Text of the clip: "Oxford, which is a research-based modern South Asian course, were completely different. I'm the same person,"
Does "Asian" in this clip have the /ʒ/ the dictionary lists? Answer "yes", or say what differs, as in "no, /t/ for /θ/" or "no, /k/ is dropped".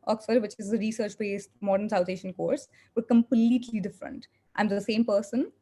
no, /ʃ/ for /ʒ/